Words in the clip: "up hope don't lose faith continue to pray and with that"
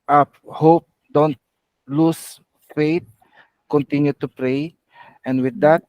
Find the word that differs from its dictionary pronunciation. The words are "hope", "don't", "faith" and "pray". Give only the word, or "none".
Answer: faith